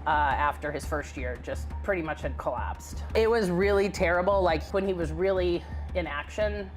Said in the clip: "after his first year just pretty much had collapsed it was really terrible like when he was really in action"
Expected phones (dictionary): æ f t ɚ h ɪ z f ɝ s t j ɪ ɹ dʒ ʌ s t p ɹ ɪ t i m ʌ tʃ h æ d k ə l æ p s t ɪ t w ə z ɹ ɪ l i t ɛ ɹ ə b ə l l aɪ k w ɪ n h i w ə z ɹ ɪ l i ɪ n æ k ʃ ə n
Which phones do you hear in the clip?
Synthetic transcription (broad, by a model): æ f t ɚ ɪ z f ɝ s t j ɪ ɹ dʒ ʌ s t p ɹ ɪ t i m ʌ tʃ h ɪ d k ə l æ p s t ɪ t w ə z ɹ ɪ l i t ɛ ɹ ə b l l aɪ k w ɪ n i w ə z ɹ ɪ l i ɪ n æ k ʃ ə n